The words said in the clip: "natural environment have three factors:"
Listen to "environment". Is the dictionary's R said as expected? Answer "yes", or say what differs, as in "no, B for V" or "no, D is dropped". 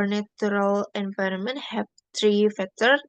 yes